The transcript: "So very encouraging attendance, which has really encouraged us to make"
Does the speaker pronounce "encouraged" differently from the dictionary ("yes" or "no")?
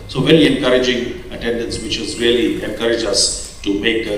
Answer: yes